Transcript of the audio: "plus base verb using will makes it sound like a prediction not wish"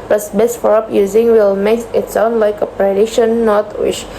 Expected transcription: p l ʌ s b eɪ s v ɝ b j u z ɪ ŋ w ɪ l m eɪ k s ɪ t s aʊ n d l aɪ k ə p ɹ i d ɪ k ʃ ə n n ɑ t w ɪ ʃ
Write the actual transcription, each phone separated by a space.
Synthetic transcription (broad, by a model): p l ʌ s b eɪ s f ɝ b j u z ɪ ŋ w ɪ l m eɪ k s ɪ t s aʊ n d l aɪ k ə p ɹ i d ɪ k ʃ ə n n ɑ t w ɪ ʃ